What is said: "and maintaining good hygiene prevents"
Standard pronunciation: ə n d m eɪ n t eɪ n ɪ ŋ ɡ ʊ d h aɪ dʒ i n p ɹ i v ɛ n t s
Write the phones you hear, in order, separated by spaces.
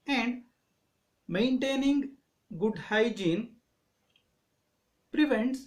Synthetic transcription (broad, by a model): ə n d m eɪ n t eɪ n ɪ ŋ ɡ ʊ d h aɪ dʒ i n p ɹ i v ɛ n t s